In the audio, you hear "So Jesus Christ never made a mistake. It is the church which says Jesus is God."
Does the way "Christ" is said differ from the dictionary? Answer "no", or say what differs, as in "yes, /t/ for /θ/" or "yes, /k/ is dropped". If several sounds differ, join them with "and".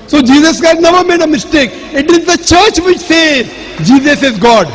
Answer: yes, /s/ is dropped